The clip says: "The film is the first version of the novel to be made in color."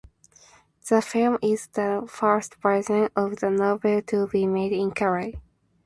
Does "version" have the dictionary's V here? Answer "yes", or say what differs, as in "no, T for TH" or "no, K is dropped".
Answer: no, P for V